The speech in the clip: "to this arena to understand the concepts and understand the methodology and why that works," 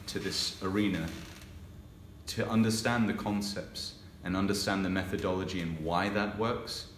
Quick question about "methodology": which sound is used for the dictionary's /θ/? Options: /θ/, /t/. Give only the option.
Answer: /θ/